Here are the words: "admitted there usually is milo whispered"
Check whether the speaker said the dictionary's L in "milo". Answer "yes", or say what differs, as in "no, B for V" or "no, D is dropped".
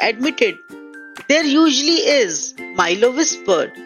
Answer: yes